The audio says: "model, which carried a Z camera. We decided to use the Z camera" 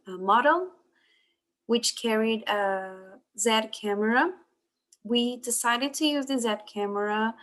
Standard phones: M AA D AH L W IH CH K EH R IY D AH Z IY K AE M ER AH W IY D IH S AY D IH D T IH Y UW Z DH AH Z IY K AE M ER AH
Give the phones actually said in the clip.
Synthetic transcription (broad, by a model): M AA D L W IH CH K EH R IY D AH Z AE K AE M ER AH W IY D IH S AY D IH D T IH Y UW Z DH AH Z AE K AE M ER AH